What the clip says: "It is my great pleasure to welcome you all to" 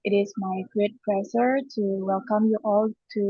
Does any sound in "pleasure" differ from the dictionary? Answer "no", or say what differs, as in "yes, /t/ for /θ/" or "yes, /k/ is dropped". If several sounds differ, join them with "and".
yes, /s/ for /ʒ/